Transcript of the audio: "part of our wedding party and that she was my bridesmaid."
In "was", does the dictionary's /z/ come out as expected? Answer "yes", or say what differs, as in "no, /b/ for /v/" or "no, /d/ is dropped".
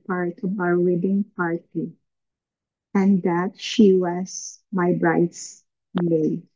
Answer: no, /s/ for /z/